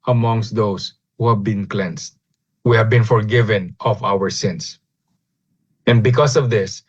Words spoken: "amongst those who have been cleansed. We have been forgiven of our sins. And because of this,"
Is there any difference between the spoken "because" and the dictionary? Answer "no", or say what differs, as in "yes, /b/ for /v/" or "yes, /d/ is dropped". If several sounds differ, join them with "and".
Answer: yes, /s/ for /z/